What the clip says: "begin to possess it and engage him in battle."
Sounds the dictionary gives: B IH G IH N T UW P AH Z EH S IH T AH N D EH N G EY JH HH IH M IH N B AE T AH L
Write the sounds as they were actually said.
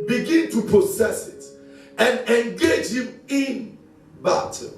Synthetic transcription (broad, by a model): B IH G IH N T UW P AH S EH S IH T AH N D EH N G EY JH HH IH M IH N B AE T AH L